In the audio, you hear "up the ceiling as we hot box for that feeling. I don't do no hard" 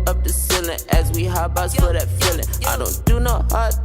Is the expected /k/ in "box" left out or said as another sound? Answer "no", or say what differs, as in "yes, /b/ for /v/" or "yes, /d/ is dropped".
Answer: yes, /k/ is dropped